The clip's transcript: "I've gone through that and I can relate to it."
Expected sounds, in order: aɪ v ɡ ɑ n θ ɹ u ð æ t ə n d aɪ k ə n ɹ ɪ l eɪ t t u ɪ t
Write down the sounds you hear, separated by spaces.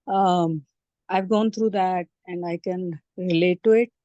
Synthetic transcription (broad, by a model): aɪ v ɡ ɑ n t ɹ u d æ t ə n d aɪ k ə n ɹ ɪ l eɪ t t u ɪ t